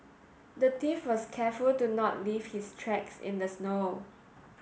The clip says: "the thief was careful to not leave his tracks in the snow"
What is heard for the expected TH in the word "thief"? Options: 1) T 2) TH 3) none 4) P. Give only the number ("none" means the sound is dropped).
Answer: 1